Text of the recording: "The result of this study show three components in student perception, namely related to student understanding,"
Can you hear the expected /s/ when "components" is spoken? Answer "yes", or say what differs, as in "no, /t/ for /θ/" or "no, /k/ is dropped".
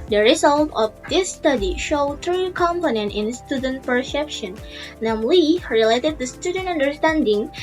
no, /s/ is dropped